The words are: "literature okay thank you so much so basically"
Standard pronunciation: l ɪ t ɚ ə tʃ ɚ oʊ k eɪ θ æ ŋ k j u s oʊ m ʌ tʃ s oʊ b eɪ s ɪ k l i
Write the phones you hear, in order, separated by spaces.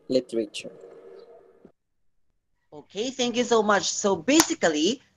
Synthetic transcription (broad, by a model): l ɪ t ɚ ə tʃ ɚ oʊ k eɪ θ æ ŋ k j u s oʊ m ʌ tʃ s oʊ b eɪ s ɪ k l i